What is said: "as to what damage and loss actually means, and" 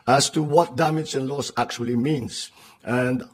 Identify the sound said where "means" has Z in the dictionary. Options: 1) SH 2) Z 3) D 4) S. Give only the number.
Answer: 4